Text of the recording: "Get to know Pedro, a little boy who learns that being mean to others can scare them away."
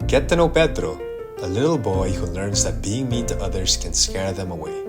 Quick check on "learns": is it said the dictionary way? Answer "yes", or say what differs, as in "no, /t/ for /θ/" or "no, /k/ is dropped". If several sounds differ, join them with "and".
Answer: yes